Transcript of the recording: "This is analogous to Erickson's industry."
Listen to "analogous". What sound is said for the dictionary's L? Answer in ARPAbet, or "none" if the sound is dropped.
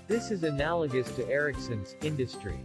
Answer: L